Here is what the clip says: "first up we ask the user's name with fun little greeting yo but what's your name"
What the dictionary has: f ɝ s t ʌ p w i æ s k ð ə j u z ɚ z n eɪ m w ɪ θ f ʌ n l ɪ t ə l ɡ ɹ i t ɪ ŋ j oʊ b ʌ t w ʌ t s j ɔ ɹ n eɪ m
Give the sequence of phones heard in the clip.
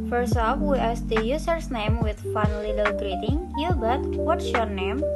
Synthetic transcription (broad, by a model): f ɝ s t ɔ f w i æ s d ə j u s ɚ s n eɪ m w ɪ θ f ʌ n l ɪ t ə l ɡ ɹ i t ɪ ŋ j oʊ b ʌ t w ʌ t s j ɔ ɹ n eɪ m